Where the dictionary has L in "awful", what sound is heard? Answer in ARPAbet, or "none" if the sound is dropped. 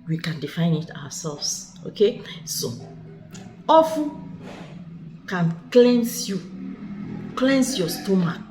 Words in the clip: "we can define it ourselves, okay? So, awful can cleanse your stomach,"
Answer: N